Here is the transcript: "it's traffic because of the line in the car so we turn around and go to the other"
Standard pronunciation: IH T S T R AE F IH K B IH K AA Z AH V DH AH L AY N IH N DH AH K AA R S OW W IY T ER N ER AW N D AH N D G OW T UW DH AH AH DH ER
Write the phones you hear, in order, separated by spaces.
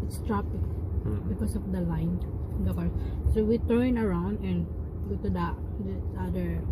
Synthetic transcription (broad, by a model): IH T S T R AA P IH K B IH K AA S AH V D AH L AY IH N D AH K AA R S OW W IY T ER N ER AW N D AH N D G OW T UW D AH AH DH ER